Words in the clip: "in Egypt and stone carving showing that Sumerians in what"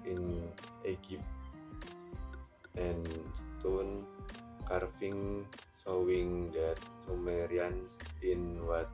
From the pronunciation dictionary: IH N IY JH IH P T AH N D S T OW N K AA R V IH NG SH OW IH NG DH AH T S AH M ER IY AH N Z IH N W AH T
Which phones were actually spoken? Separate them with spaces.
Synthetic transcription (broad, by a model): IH N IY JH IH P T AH N S T OW N K AA R F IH NG S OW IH NG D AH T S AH M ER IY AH N S IH N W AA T